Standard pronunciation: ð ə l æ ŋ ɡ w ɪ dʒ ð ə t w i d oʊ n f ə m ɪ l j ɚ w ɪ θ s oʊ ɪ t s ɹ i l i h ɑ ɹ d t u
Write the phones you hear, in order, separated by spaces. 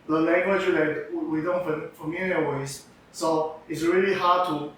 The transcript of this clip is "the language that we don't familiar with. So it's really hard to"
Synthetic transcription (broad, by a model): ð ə l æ ŋ ɡ w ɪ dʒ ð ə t w i d oʊ n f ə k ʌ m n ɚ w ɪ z s oʊ ɪ t s ɹ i l i h ɑ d t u